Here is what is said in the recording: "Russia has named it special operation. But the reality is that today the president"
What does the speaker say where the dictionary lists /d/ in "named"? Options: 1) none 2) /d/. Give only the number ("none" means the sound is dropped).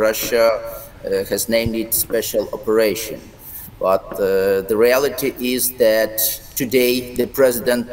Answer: 2